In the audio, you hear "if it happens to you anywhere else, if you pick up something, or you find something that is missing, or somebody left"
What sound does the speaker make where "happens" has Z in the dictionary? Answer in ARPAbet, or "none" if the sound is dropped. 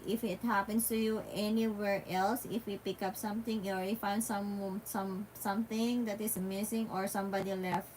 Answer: S